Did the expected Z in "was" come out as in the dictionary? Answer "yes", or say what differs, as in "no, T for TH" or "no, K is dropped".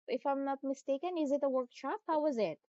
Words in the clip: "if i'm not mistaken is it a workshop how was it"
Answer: yes